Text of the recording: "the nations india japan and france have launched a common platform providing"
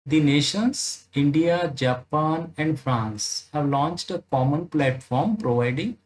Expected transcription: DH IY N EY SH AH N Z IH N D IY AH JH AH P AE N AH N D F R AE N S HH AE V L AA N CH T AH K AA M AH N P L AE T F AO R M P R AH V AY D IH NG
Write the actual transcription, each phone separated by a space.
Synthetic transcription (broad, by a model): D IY N EY SH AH N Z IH N D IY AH JH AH P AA N AH N D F R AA N S HH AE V L AA N CH T AH K AA M AH N P L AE T F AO R M P R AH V AY D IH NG